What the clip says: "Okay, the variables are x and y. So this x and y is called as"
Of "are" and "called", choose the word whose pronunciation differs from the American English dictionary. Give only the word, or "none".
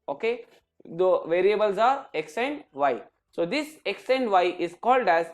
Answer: none